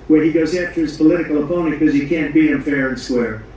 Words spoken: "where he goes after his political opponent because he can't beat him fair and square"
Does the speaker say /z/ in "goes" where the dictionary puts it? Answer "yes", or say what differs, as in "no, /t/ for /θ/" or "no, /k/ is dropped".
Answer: yes